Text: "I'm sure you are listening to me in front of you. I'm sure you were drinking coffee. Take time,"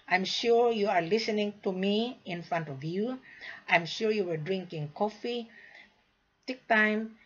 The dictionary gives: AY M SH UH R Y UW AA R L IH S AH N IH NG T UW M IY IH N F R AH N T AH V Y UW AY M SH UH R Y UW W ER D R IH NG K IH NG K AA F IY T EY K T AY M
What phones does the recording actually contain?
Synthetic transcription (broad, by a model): AY M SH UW R Y UW AA R L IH S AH N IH NG T UW M IY IH N F R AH N T AH V Y UW AY M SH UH R Y UW W ER D R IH NG K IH NG K AA F IY T EY K T AY M